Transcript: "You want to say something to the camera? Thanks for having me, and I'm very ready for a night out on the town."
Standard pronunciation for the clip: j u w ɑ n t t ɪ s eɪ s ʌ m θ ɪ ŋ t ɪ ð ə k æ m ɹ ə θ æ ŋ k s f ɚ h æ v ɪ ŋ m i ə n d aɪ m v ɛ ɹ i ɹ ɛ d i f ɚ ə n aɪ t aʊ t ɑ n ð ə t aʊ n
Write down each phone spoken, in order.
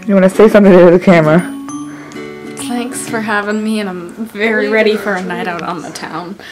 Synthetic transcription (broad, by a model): j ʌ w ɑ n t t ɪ s eɪ s ʌ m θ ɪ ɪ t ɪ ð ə k æ m ɹ ə θ æ ŋ k s f ɚ h æ v ɪ ŋ m i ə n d aɪ m v ɛ ɹ i ɹ ɛ d i f ɚ ə n aɪ t aʊ t n ð ə t aʊ n